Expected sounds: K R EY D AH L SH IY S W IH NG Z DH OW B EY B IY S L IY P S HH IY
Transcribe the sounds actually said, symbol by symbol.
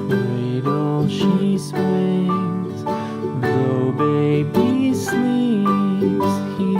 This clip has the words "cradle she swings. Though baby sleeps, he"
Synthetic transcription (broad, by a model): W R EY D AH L SH IY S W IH Z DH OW B EY B IY S L IY P S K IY